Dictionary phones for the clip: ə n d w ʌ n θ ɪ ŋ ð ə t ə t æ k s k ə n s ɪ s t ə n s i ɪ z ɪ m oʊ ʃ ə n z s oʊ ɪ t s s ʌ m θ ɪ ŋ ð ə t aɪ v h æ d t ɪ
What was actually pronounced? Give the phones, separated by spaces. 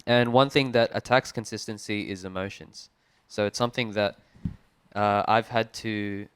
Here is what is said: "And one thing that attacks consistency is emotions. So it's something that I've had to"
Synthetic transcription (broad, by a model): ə n w ʌ n θ ɪ ŋ ð ə t ə t æ k s k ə n s ɪ s t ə n s i ɪ z ɪ m oʊ ʃ ə n z s oʊ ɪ t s s ʌ m θ ɪ ŋ ð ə t aɪ v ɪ d t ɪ